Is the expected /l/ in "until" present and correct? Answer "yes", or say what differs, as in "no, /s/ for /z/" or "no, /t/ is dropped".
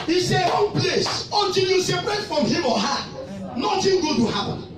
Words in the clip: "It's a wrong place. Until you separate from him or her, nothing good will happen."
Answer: no, /n/ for /l/